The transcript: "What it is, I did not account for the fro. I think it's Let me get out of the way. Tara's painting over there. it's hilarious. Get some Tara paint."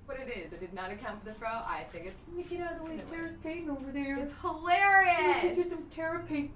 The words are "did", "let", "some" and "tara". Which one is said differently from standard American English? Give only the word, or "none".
let